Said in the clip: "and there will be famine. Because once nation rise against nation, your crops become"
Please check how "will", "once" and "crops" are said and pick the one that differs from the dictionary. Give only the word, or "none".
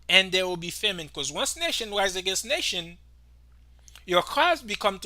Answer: crops